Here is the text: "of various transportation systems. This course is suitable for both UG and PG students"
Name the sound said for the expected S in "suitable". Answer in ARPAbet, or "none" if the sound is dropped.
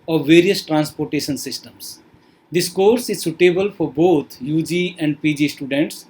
S